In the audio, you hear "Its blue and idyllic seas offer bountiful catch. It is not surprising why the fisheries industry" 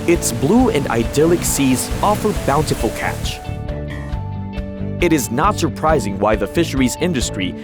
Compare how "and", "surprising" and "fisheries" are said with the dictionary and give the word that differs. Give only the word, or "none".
none